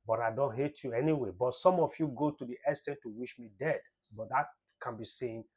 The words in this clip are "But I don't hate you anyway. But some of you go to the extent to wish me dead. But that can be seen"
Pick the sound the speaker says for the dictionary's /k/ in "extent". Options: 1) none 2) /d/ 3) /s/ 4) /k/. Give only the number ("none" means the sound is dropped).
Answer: 1